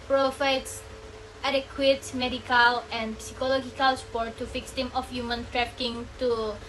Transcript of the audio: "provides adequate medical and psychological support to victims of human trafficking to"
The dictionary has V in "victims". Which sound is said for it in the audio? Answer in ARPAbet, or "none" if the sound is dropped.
F